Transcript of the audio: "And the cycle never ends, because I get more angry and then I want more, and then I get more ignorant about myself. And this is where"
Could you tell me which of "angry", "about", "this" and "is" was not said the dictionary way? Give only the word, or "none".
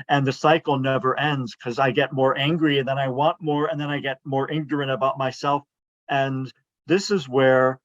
none